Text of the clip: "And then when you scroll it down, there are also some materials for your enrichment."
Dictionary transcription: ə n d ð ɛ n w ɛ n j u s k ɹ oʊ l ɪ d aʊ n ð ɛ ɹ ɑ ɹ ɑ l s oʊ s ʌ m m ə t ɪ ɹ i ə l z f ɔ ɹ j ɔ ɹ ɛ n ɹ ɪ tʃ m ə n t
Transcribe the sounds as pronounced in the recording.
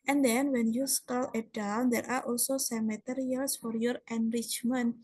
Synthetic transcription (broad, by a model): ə n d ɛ n w ɛ n j u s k oʊ l ɪ d aʊ n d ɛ ɹ ɑ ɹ ɑ l s oʊ s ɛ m m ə t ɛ ɹ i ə l s f ɔ ɹ j ɔ ɹ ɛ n ɹ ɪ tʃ m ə n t